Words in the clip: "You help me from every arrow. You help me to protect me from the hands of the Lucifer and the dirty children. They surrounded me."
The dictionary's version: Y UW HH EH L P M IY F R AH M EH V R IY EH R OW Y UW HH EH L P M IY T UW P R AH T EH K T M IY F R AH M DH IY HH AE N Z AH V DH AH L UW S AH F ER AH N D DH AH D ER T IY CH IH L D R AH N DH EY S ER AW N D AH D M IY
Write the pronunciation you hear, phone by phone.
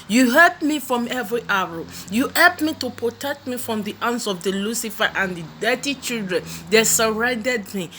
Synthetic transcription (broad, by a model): Y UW HH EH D M IY F R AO M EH V R IY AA OW Y UW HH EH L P M IY T UW P R AH T EH K T M IY F R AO M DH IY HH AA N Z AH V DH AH L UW S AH F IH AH N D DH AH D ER T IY CH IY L D R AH N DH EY S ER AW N D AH D M IY